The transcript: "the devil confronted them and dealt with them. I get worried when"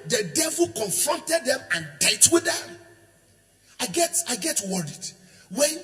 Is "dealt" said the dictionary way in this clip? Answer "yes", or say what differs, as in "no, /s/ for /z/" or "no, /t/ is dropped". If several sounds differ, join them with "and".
no, /l/ is dropped